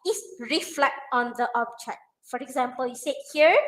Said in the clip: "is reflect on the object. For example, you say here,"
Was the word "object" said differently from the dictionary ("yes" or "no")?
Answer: yes